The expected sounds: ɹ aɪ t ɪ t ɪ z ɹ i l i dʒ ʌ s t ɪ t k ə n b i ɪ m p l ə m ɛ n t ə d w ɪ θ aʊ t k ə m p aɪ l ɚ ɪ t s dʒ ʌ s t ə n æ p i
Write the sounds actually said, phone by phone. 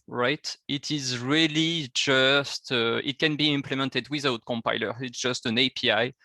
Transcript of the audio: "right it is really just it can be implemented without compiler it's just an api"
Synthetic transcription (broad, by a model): ɹ aɪ t ɪ t ɪ z ɹ i l i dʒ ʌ s t ɪ t k ə n b i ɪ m p l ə m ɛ n t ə d w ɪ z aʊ t k ə m p aɪ l ɚ ɪ t s dʒ ʌ s t ə n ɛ p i